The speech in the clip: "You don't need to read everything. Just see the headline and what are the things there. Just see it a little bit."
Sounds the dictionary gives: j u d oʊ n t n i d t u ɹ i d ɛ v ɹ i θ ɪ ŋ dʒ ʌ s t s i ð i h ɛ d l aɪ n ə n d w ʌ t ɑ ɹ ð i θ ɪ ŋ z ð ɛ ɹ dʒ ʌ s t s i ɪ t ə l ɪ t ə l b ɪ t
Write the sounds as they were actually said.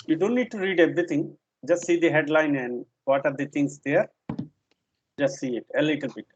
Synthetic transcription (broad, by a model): j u d oʊ n t n i d t u ɹ i d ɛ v ɹ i t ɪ ŋ dʒ ʌ s t s i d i h ɛ d l aɪ n ə n d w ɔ t ɑ ɹ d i t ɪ ŋ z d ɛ ɹ dʒ ʌ s t s i ɪ t ə l ɪ t ə l b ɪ t